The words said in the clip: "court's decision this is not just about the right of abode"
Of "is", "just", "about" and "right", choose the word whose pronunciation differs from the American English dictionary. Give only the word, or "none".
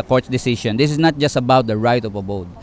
is